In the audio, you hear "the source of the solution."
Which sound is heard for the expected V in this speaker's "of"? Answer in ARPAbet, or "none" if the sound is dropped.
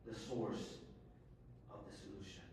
V